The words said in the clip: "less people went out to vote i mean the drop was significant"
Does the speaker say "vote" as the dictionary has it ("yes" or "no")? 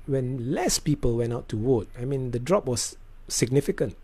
no